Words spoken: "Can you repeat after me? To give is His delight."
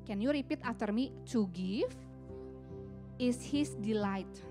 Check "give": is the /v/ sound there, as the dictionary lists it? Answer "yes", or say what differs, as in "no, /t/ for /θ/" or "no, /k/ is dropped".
no, /f/ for /v/